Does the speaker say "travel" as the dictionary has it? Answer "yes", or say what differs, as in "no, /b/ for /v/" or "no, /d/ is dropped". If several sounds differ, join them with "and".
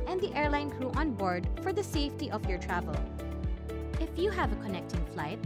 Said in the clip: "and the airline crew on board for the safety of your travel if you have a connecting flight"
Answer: yes